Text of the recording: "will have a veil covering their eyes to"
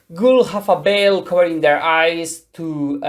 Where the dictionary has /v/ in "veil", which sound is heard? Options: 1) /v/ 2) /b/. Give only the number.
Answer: 2